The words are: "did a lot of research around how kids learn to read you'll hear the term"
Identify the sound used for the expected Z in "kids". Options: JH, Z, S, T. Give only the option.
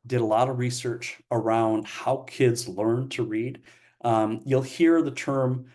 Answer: Z